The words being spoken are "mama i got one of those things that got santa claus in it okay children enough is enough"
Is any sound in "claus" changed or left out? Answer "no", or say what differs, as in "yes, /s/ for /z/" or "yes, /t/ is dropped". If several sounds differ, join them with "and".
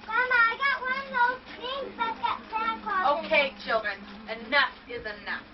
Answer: yes, /z/ is dropped